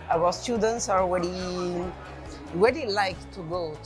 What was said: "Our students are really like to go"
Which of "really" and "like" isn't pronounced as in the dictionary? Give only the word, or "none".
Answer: really